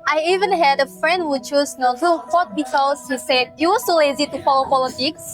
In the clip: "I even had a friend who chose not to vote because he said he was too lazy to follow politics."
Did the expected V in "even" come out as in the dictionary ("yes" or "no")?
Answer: yes